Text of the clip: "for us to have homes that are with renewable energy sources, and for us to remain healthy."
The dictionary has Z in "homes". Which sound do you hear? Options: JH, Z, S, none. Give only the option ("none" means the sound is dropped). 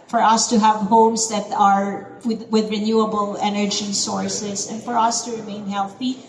S